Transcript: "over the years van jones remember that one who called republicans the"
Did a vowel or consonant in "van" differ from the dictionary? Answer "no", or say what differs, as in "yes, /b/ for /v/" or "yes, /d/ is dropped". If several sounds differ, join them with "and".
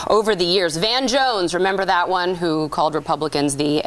no